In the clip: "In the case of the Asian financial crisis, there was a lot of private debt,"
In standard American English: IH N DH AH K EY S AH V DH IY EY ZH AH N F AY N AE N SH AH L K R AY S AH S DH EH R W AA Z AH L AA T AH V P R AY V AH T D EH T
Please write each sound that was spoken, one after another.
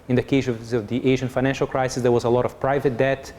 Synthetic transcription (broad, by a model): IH N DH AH K EY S AH V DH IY EY ZH AH N F AY N AE N SH AH L K R AY S AH S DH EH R W AA Z AH L AA T AH V P R AY V AH T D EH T